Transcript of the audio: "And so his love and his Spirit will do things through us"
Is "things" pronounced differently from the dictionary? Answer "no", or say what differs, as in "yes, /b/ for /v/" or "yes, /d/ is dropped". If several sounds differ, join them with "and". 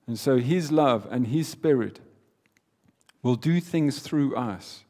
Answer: no